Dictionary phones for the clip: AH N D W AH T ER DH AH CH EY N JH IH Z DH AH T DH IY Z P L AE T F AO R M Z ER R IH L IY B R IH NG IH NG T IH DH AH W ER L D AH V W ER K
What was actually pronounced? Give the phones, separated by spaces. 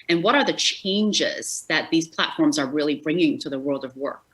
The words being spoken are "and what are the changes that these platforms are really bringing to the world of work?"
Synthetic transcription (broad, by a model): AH N W AH T ER DH AH CH EY N JH IH Z DH AH T DH IY Z P L AE T F AO R M Z ER R IH L IY B R IH NG IH NG T IH DH AH W ER L D AH V W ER K